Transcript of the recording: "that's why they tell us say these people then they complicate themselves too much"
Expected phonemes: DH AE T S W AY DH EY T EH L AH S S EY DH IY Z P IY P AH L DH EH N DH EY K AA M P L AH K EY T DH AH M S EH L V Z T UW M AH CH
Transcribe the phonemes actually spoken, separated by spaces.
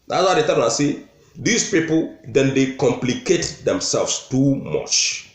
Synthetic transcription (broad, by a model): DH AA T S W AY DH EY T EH N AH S S EY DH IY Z P IY P AH L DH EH N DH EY K AA M P L AH K EY T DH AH M S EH L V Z T UW M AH CH